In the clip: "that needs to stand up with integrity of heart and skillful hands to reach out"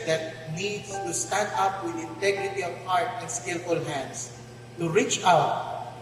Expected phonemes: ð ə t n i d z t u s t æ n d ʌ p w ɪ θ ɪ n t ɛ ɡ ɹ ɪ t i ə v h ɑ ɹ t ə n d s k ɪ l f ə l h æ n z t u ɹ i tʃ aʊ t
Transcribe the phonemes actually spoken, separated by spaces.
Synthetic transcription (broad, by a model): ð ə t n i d t u s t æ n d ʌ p w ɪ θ ɪ n t ɛ ɡ ɹ ɪ t i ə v h ɑ ɹ t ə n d s k ɪ l f ə l h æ n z t u ɹ i tʃ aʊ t